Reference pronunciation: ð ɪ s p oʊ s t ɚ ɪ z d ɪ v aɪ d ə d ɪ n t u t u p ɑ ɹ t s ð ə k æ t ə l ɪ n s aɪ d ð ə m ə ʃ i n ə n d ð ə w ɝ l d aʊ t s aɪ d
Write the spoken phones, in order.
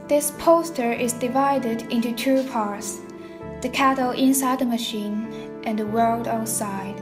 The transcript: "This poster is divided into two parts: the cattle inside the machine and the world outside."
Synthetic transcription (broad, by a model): ð ɪ s p oʊ s t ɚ ɪ z d ɪ v aɪ d ə d ɪ n t u t u p ɑ ɹ t s ð ə k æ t l ɪ n s aɪ d ð ə m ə ʃ i n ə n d ð ə w ɝ l d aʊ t s aɪ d